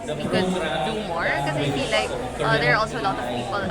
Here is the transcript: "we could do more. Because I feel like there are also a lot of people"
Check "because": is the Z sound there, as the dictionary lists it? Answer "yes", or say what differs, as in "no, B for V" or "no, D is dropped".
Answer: no, Z is dropped